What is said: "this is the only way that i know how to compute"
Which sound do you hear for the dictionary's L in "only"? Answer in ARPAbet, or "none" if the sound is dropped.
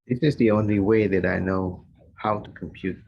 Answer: L